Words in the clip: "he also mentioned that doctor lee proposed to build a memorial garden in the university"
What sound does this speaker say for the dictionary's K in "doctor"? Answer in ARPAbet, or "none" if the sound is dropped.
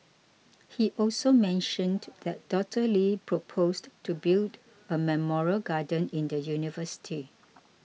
none